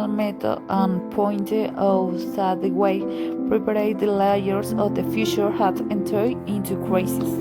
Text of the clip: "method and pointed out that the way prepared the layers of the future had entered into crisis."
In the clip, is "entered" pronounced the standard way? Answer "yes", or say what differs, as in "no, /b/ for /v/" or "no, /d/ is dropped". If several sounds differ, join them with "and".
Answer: no, /d/ is dropped